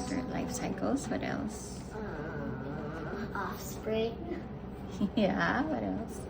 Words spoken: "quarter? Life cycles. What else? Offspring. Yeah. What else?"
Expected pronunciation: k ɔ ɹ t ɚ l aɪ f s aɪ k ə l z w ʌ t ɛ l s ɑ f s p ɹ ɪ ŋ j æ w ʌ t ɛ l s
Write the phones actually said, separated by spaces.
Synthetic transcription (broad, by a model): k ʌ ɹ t l aɪ f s aɪ k l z w ʌ t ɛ l s ɑ f s p ɹ ɪ ŋ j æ w ʌ t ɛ l s